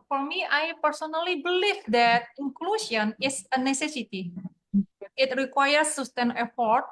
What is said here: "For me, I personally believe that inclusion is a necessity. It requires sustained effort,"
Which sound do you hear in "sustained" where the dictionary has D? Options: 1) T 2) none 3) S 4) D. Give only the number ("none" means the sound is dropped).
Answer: 2